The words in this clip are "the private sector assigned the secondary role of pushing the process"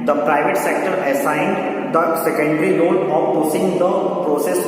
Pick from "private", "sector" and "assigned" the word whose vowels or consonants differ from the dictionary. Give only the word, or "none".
none